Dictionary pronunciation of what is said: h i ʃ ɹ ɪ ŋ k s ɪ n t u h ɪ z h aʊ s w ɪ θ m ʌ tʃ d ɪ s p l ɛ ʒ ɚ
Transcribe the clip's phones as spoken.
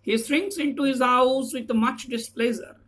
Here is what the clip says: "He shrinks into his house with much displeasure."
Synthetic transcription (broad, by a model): h i s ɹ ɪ ŋ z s ɪ n t u h ɪ z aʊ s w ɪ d m ʌ tʃ d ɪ s p l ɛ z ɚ